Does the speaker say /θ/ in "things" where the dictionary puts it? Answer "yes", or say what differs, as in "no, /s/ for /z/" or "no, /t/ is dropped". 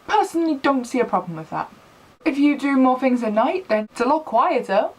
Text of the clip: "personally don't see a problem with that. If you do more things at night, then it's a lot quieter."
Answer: yes